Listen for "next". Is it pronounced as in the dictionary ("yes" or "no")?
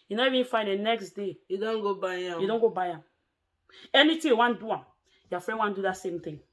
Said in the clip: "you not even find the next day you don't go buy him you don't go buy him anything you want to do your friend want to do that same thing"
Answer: yes